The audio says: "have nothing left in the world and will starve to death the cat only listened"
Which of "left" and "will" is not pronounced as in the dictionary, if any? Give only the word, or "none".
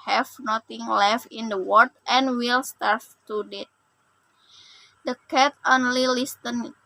none